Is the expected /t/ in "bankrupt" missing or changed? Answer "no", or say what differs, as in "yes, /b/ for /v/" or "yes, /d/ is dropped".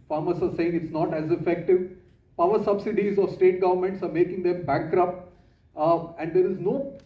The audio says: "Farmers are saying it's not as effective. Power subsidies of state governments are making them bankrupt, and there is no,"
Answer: yes, /t/ is dropped